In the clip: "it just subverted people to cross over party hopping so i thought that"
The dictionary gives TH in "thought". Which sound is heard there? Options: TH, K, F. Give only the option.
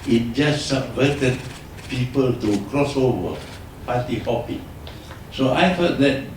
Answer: F